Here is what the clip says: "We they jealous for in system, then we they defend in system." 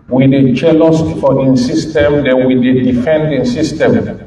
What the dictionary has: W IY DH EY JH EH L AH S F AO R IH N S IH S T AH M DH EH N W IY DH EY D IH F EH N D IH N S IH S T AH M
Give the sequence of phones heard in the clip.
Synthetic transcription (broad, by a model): W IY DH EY CH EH L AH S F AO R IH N S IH S T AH M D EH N W IY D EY D IH F EH N D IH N S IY S T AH M